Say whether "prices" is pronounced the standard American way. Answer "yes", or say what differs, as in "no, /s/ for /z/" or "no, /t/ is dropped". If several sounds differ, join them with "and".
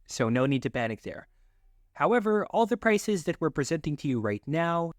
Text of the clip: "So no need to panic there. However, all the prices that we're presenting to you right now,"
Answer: yes